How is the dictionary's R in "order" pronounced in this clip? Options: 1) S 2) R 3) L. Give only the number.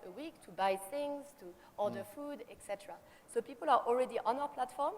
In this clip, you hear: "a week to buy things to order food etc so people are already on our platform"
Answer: 3